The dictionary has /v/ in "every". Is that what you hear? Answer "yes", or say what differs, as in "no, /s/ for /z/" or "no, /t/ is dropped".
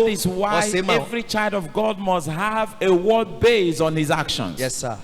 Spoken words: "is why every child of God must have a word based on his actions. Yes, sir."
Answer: yes